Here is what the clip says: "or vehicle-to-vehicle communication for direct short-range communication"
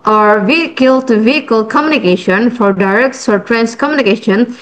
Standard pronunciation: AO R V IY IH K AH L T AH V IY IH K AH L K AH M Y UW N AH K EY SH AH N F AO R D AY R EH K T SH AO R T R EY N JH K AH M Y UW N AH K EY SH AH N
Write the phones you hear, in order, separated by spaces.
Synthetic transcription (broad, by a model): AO R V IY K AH L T V IY IH K AH L K AH M Y UW N AH K EY SH AH N F AO R D AY R EH K T S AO R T R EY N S K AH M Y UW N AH K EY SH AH N